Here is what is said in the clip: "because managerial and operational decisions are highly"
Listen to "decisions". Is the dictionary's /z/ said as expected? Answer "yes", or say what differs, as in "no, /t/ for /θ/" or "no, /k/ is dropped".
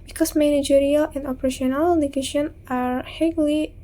no, /z/ is dropped